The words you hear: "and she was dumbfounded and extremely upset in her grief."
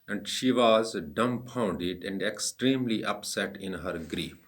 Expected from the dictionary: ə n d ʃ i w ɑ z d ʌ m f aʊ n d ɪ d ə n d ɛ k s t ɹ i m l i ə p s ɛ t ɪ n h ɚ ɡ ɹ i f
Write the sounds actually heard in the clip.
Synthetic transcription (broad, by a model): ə n d ʃ i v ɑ z d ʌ m p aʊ n d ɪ d ə n d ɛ k s t ɹ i m l i ə p s ɛ t ɪ n h ɚ ɡ ɹ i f